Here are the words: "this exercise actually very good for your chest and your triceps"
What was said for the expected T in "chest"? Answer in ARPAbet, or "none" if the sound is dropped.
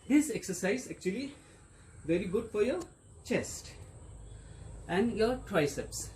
T